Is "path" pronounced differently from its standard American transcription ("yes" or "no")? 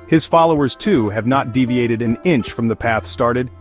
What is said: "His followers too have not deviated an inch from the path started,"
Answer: no